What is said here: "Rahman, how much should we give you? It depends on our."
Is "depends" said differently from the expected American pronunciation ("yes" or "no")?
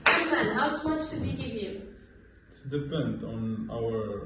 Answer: yes